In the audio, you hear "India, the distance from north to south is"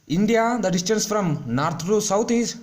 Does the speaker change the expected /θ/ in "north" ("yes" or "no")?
yes